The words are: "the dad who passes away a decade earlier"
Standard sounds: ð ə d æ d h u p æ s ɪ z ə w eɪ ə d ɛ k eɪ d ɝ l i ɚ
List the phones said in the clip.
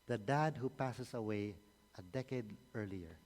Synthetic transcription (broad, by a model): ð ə d æ d h u p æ s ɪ s ə w eɪ ə d ɛ k eɪ d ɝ l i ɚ